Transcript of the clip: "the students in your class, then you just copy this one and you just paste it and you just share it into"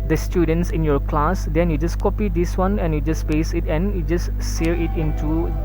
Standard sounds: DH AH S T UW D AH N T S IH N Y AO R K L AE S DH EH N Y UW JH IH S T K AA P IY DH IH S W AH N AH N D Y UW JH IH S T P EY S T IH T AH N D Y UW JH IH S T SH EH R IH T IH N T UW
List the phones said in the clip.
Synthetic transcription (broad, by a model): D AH S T UW D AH N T S IH N Y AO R K L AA S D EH N Y UW JH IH S K AA P IY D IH S W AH N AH N Y UW JH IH S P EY S IH T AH N Y UW JH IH S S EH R IH T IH N T UW